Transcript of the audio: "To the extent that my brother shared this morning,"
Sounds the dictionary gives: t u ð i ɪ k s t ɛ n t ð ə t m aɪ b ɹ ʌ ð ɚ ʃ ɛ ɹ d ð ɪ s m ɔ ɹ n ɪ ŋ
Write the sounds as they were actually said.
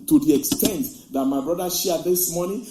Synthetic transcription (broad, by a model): t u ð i ɪ k s t ɛ n t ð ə t m aɪ b ɹ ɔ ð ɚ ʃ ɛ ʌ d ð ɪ s m ɔ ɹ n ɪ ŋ